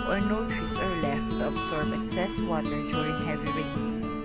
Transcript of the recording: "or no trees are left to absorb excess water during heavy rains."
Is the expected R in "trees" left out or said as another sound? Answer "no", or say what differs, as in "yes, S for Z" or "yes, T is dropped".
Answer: yes, R is dropped